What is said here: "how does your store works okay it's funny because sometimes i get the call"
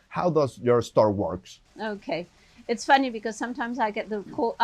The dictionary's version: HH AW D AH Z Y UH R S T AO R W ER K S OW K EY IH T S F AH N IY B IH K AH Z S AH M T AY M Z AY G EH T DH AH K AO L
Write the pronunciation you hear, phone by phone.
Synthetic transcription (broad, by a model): HH AW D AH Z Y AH R S T AO R W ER K S OW K EY IH T S F AH N IY B IH K AH Z S AH M T AY M Z AY G EH T DH AH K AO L